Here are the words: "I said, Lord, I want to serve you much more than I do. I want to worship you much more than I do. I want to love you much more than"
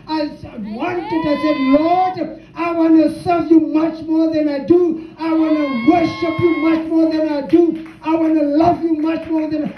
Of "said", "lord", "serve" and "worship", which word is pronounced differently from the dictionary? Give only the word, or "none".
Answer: none